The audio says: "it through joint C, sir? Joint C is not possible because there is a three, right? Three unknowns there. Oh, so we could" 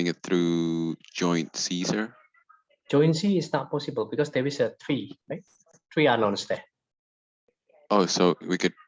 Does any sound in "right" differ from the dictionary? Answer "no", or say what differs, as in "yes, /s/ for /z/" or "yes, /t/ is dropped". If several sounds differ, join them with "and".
no